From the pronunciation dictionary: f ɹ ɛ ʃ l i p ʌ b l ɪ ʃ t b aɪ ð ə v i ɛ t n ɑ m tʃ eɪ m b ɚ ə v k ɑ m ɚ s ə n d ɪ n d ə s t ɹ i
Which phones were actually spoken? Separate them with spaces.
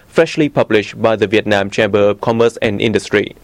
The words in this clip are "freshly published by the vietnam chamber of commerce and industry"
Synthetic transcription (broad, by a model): f ɹ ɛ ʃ l i p ʌ b l ɪ ʃ t b aɪ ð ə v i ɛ t n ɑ m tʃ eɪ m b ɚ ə p k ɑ m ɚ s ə n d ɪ n d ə s t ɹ i